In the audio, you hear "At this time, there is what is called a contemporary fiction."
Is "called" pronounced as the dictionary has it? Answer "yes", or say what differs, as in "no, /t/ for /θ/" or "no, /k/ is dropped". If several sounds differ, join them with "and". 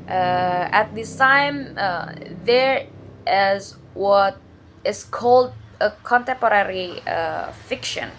yes